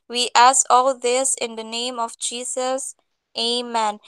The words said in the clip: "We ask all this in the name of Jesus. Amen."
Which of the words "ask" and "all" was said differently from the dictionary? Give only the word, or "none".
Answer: ask